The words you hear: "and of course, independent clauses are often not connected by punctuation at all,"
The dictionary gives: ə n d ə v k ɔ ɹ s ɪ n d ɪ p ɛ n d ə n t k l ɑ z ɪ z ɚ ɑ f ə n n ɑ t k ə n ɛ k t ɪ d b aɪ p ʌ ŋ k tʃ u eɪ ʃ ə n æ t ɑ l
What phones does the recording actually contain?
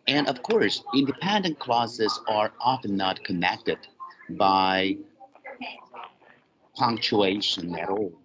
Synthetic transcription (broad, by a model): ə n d ə v k ɔ ɹ s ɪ n d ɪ p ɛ n d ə n k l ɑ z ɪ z ɚ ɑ f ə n n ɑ t k ə n ɛ k t ɪ d b aɪ p ʌ ŋ k tʃ u eɪ ʃ ə n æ t ɑ l